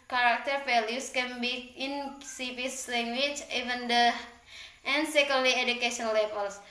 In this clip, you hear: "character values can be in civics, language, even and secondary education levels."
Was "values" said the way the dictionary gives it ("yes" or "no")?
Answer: no